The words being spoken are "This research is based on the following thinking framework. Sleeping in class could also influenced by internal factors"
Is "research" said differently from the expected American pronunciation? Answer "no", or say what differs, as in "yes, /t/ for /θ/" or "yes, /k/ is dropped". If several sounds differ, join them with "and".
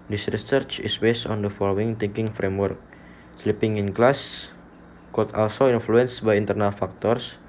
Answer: no